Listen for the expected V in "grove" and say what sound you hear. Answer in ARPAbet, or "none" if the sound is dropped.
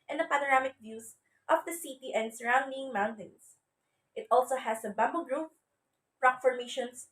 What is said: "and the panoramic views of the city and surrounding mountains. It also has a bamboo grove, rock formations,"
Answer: P